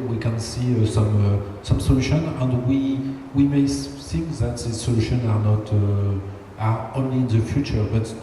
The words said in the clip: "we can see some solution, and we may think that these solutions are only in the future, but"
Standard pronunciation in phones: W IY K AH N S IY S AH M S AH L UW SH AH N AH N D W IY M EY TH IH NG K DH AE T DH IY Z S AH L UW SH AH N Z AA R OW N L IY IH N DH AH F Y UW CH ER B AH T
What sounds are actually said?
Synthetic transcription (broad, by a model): W IY K AH N S IY S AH M S AH L UW SH AH N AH N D W IY M EY S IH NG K DH AE T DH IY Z S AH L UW SH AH N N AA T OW N L IY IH N DH AH F Y UW CH ER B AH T